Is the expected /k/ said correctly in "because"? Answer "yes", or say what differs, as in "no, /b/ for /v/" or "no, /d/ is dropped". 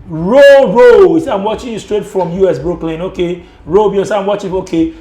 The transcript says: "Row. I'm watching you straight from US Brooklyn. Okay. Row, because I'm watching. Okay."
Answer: no, /k/ is dropped